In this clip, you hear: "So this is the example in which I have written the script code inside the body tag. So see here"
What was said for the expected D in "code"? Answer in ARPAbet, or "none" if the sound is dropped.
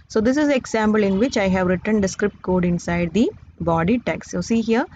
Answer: D